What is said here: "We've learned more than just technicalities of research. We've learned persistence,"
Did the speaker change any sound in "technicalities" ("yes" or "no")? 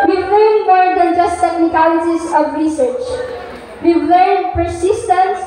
yes